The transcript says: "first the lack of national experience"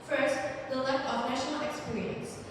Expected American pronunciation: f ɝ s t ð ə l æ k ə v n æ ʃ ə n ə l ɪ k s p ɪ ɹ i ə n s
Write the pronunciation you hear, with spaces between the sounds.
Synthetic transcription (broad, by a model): f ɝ s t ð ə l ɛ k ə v n æ ʃ ə n ə l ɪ k s p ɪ ɹ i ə n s